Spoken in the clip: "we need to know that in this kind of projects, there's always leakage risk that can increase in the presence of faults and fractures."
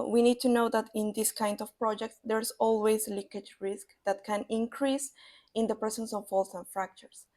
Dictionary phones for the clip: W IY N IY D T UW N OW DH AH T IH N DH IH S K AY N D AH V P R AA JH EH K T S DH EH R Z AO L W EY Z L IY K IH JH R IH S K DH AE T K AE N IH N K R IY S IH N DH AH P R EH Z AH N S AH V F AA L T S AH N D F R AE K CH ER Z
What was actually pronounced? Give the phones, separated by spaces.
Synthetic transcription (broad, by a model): W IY N IY D T UW N OW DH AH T IH N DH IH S K AY N D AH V P R AA JH EH K T S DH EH R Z AO L W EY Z L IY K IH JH R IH S K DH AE T K AE N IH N K R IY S IH N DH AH P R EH S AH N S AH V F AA L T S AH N F R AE K CH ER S